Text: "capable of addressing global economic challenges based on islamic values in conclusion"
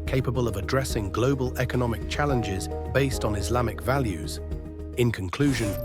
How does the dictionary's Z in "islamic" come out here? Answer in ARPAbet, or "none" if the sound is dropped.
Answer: Z